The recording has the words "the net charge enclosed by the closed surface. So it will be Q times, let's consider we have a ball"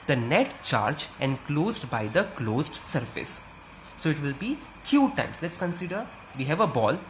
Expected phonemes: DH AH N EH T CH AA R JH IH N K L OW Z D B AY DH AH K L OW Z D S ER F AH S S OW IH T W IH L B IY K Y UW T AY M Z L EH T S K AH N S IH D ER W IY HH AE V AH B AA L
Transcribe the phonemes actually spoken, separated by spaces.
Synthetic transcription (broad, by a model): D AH N EH T CH AA R JH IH N K L OW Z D B AY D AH K L OW Z D S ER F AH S S OW IH T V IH L B IY K Y UW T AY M S L EH T S K AH N S IH D ER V IY HH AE V AH B AA L